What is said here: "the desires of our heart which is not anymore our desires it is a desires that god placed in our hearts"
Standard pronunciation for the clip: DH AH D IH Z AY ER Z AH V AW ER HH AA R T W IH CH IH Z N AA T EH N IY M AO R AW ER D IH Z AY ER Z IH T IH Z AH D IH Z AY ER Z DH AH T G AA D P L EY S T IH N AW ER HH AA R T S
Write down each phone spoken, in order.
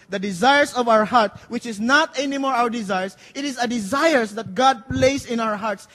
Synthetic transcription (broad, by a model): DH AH D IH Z AY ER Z AH V AW ER HH AA R T W IH CH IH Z N AA T EH N IY M AO R AW ER D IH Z AY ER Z IH T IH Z AH D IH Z AY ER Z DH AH T G AA D P L EY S IH N AW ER HH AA R T S